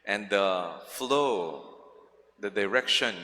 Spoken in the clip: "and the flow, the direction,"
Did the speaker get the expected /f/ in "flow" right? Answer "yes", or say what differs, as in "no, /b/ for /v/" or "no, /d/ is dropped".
yes